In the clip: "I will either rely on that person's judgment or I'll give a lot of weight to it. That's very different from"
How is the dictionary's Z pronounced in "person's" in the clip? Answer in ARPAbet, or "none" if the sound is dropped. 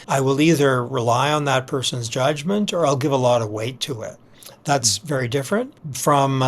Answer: Z